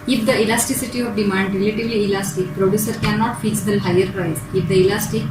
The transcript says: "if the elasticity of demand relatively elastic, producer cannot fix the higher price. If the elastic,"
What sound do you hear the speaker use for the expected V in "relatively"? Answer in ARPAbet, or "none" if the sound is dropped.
V